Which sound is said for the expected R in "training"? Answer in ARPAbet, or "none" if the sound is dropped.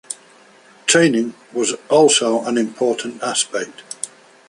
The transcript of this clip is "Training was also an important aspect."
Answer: none